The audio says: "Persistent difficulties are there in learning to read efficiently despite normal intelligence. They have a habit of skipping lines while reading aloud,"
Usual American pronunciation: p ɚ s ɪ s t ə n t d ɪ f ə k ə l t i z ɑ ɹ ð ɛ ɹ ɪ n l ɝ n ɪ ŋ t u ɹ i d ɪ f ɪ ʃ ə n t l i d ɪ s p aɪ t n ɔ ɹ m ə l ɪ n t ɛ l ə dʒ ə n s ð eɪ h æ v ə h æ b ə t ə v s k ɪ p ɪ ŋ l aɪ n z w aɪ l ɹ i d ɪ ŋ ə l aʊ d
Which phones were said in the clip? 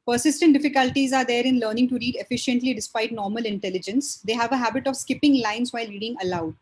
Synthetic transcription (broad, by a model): p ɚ s ɪ s t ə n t d ɪ f ə k ə l t i z ɑ ɹ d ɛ ɹ ɪ n l ɝ n ɪ ŋ t u ɹ i d ɪ f ɪ ʃ ə n t l i d ɪ s p aɪ t n ɔ ɹ m ə l ɪ n t ɛ l ə dʒ ə n s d eɪ h æ v ə h æ b ə t ə v s k ɪ p ɪ ŋ l aɪ n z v aɪ l ɹ i d ɪ ŋ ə l aʊ d